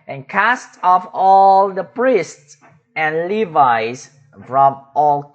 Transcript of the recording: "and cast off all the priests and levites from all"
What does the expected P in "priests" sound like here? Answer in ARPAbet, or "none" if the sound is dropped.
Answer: P